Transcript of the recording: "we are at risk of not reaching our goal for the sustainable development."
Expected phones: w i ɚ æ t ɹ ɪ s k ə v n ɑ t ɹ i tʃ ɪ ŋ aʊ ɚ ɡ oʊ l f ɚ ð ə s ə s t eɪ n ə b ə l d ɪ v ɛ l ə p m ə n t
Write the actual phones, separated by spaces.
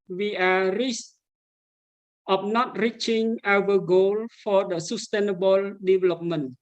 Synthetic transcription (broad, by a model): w i t ɹ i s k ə p n ɑ t ɹ i tʃ ɪ ŋ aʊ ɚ ɡ oʊ l f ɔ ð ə s ə s t eɪ n ə b ə l d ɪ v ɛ l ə p m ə n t